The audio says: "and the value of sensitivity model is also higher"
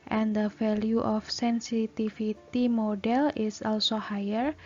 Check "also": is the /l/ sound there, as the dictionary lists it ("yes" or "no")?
yes